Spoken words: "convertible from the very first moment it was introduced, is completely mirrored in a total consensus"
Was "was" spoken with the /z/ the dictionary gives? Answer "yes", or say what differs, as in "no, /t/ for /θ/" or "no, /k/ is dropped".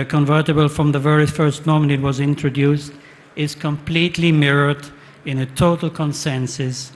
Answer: yes